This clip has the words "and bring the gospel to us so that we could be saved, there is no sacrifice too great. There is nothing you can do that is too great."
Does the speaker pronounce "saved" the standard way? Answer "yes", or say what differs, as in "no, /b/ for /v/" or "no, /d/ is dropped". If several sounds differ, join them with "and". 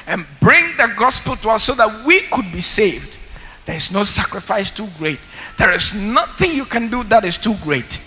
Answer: yes